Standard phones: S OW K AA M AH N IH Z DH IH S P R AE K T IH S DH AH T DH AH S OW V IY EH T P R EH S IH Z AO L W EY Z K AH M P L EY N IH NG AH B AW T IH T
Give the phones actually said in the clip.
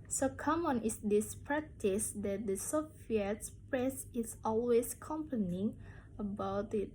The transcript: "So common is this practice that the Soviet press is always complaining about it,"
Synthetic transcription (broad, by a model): S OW K AA M AH N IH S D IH S P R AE K T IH S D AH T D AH S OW F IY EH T P R EH S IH S AO L W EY S K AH M P AH N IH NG AH B AW T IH T